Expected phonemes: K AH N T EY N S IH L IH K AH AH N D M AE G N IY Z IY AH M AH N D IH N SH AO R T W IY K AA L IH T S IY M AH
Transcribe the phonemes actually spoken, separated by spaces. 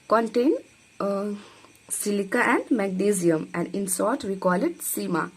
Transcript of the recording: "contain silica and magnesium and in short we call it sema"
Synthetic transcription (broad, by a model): K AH N T EY N S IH L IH K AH AH N D M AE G N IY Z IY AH M AH N D IH N S AO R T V IY K AA L IH T S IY M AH